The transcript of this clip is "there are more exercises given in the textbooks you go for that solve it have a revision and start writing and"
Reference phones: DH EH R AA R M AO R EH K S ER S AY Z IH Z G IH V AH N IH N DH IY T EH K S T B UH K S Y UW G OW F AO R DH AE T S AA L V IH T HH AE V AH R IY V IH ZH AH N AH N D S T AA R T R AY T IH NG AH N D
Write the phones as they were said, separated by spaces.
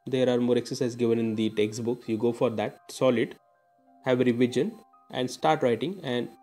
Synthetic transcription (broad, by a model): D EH R AA R M AO R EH K S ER S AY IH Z G IH V AH N IH N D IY T EH K S T B UH K S Y UW G OW F AO R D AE T S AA L IH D HH AE V AH R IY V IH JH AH N AH N D S T AA R T R AY T IH NG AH N D